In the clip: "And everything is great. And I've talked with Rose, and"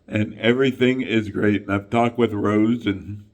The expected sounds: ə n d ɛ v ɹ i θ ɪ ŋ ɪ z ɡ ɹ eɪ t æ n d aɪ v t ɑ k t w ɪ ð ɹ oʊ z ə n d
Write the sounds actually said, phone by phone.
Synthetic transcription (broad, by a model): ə n ɛ v ɹ i θ ɪ ŋ ɪ z ɡ ɹ eɪ t n aɪ v t ɑ k t w ɪ ð ɹ oʊ z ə n